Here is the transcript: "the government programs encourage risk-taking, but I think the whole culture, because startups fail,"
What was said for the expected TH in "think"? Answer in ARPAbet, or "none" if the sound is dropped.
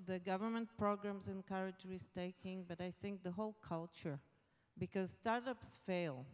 TH